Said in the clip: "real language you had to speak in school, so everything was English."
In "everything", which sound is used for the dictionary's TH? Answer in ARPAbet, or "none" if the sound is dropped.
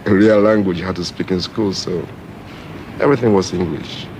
TH